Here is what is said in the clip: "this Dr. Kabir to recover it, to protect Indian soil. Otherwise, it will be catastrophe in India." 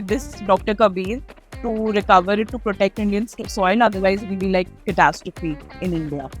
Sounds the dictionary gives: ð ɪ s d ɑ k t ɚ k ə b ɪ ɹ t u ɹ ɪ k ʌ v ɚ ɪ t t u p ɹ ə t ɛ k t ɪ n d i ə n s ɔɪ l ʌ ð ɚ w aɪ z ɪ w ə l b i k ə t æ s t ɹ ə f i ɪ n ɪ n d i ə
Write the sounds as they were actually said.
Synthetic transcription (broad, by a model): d ɪ s d ɑ k t ɚ k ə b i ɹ t u ɹ ɪ k ʌ v ɚ ɪ t t u p ɹ ə t ɛ k t ɪ n d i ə n s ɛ n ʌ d ɚ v aɪ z ɪ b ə l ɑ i k ə t æ s t ɹ ə f i ɪ n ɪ n d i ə